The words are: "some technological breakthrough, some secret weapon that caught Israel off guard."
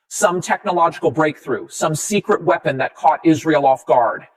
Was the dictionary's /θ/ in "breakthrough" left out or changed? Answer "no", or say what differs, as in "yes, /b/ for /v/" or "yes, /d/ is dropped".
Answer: no